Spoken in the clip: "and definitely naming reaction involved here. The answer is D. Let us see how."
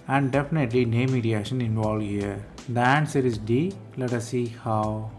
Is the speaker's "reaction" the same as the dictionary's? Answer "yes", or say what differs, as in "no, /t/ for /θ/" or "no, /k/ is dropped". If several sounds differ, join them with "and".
no, /k/ is dropped